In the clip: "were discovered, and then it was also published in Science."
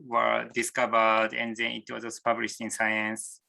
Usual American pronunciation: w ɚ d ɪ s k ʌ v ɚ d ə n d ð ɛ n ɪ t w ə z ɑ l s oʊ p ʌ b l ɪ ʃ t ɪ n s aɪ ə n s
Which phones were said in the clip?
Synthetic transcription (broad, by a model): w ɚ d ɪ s k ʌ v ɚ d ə n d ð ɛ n ɪ t w ə z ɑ s p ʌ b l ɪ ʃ t ɪ n s aɪ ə n s